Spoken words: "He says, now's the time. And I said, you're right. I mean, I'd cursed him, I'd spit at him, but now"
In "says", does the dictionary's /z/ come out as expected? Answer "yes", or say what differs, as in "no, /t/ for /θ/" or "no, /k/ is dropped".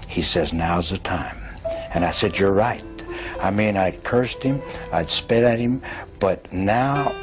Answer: yes